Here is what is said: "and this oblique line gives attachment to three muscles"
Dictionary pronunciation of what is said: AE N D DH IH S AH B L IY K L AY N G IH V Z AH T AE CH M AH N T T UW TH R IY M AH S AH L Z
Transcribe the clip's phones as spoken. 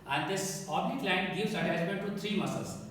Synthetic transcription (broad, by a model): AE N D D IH S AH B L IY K L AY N G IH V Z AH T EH S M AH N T T UW T R IY M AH S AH L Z